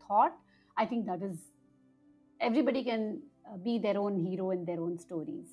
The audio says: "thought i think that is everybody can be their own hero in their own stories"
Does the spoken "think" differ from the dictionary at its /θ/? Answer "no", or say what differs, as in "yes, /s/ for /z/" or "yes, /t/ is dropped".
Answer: yes, /t/ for /θ/